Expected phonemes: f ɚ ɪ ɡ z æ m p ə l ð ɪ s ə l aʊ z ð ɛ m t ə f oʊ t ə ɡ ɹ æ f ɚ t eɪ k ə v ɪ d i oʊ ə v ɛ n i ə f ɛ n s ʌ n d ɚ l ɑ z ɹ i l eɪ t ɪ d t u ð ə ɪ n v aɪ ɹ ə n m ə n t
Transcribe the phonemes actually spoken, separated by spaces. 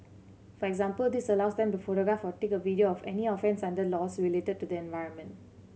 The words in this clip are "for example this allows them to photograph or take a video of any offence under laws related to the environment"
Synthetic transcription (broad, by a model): f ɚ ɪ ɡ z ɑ m p ə l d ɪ s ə l aʊ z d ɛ m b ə f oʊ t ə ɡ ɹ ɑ f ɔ t eɪ k ə v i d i oʊ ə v ɛ n i ə f ɛ n s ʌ n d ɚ l ɑ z ɹ i l eɪ t ɪ d t u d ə ɪ n v aɪ ɹ ə n m ə n t